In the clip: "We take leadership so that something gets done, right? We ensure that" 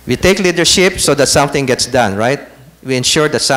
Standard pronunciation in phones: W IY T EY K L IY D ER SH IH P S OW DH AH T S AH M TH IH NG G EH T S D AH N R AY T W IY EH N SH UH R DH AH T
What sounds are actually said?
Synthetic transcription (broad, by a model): W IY T EY K L IY D ER SH IH P S OW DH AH T S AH M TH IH NG G EH T S D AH N R AY T W IY EH N SH UH R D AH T